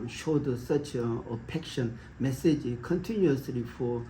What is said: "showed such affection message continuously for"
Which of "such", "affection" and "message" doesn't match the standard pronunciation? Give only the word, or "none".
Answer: affection